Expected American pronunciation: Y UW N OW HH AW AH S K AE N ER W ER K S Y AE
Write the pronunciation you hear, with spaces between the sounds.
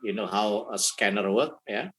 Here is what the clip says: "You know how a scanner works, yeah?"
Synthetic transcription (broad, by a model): Y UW N OW HH AW AH S K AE N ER W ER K Y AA